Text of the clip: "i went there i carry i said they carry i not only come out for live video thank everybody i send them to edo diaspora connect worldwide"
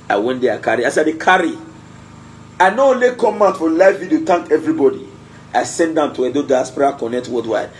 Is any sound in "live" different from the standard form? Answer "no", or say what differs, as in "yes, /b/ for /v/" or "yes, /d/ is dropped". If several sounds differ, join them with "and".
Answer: yes, /f/ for /v/